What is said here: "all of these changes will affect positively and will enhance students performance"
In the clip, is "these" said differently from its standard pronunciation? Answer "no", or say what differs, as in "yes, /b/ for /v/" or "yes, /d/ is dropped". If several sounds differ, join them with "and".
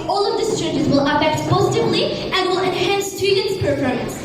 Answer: yes, /s/ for /z/